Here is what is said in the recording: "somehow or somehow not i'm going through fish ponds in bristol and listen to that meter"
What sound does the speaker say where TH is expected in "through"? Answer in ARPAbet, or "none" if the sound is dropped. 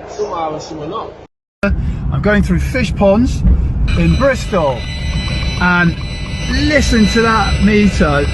TH